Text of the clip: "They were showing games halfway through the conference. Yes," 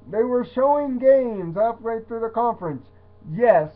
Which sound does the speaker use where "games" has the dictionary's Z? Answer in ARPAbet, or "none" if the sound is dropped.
Z